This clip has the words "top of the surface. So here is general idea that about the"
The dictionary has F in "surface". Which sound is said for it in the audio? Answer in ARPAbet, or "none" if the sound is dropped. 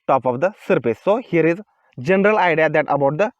P